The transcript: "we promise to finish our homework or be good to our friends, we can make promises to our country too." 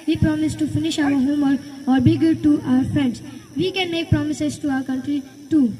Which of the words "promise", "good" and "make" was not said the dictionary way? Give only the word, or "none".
none